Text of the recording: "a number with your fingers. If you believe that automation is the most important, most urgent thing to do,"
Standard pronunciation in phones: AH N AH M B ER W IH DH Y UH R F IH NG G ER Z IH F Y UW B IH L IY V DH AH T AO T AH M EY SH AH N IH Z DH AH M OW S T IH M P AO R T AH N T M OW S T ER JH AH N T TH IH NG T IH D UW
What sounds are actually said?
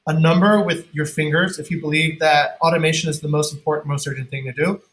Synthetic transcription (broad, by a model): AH N AH M B ER W IH DH Y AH R F IH NG G ER Z IH F Y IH B IH L IY V DH AH T AO T AH M EY SH AH N IH Z DH AH M OW S T M P AO R T N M OW S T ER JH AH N TH IH NG T IH D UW